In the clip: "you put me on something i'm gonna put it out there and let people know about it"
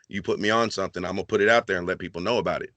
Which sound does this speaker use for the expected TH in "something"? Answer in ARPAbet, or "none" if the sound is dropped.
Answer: TH